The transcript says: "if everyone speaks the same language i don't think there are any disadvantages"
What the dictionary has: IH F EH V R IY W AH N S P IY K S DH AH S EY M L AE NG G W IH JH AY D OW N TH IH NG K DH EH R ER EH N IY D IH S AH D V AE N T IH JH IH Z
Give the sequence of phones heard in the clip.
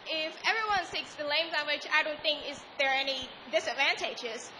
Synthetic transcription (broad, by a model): IH F EH V R IY W AH N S IY K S DH AH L EY M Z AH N W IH CH AY D OW N TH IH NG K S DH ER EH N IY D IH S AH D V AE N T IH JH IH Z